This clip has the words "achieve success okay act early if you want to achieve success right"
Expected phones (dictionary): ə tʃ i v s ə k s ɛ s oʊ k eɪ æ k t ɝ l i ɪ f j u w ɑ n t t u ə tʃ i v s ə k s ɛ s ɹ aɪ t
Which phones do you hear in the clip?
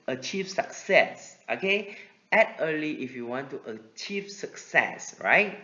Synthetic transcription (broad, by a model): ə tʃ i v s ə k s ɛ s oʊ k eɪ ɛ t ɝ l i ɪ f j u w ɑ n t t u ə tʃ i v s ə k s ɛ s ɹ aɪ t